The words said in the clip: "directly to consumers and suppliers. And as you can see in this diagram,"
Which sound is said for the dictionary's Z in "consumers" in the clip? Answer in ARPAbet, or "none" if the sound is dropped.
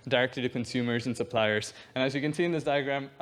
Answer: Z